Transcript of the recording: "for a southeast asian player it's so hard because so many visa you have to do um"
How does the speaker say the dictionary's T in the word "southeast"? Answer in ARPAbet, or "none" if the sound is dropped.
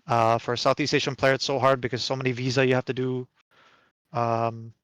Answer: T